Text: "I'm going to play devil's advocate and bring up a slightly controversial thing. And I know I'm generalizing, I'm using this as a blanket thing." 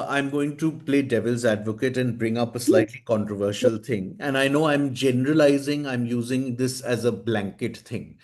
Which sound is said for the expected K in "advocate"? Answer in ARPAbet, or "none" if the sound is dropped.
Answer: K